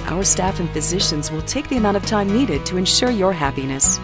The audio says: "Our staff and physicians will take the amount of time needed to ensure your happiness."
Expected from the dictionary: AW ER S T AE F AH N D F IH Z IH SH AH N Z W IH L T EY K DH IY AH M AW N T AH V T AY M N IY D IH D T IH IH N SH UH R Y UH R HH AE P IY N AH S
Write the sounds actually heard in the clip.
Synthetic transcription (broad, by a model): AW ER S T AE F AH N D F IH Z IH SH AH N Z W IH L T EY K DH IY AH M AW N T AH V T AY M N IY D IH D T IH IH N SH UH R Y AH R HH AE P IY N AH S